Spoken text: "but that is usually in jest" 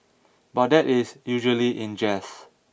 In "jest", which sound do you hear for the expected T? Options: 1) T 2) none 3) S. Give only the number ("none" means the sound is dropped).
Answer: 2